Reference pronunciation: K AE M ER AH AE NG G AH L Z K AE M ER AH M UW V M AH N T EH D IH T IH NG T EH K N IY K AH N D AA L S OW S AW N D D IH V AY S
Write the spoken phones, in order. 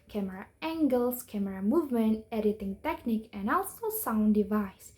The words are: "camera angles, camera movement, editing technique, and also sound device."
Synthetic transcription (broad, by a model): K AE M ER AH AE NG G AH L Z K AE M ER AH M UW V M AH N T EH D IH T IH NG T EH K N IY K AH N AA L S OW S AW N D D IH V AY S